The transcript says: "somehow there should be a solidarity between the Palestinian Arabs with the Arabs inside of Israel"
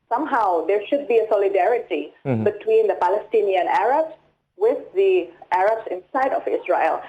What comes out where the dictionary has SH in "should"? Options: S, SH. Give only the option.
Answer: SH